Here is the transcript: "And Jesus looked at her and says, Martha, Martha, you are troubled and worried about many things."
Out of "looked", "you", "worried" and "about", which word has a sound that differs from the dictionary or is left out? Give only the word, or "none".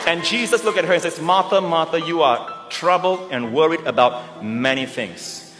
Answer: looked